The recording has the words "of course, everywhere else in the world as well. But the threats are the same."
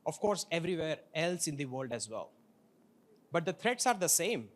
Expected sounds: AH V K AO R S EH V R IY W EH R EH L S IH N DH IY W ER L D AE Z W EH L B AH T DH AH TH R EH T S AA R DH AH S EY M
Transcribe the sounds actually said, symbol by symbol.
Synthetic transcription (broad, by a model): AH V K AO R S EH V R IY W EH R EH L S IH N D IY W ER L D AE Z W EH L B AH T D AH T R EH T S AA R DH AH S EY M